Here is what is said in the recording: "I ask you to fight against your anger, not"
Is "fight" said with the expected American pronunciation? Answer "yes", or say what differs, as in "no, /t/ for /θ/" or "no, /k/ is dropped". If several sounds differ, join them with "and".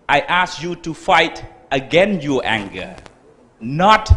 yes